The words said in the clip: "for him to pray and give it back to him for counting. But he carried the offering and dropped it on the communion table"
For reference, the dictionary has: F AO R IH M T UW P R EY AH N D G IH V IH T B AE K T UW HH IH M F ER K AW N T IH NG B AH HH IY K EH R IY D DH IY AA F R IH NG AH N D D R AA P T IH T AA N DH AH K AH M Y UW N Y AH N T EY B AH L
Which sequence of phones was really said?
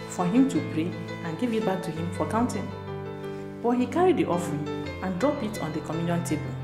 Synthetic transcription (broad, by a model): F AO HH IH M T UW P R EY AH N G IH V IH T B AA K T UW HH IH M F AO K AW N T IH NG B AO HH IY K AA R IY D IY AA F R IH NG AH N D D R AA P IH T AA N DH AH K AH M Y UW N Y AH N T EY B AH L